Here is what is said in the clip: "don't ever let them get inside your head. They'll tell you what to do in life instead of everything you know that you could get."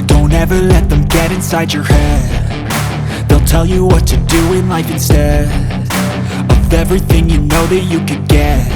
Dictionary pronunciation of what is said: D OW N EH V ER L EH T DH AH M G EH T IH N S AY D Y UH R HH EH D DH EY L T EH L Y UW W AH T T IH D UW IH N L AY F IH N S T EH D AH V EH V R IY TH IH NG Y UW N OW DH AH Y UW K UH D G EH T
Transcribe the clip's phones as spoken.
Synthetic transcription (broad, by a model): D OW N EH V ER L EH T DH AH M G EH T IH N S AY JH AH R HH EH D DH EY L T EH L Y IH W AH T T IH D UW IH N L AY F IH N S T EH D AH V EH V R IY TH IH NG Y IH N OW DH AH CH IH K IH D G EH T